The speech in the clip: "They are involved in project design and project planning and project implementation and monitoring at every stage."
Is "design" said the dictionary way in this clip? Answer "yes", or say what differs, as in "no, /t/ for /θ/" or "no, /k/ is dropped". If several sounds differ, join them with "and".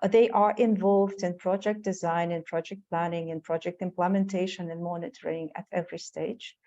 yes